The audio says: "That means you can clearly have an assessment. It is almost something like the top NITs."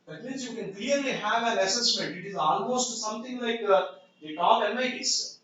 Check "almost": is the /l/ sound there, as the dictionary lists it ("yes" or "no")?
no